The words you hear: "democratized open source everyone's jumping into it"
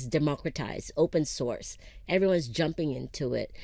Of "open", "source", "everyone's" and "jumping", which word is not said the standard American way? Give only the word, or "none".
none